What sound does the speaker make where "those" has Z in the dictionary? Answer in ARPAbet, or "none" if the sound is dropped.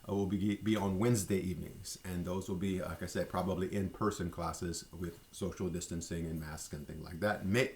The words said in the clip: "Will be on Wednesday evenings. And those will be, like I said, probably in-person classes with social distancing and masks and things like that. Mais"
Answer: Z